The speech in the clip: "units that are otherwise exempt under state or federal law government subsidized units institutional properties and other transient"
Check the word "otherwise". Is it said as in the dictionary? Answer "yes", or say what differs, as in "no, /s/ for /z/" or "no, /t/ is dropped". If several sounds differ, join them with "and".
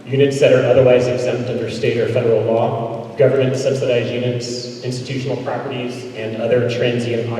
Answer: yes